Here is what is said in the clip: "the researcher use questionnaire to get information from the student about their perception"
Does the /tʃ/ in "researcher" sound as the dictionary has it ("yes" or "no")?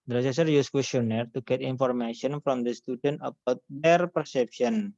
no